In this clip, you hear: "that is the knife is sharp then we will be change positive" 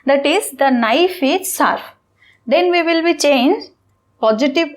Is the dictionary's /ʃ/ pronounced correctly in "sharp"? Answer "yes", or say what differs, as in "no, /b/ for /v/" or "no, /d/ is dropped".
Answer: no, /s/ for /ʃ/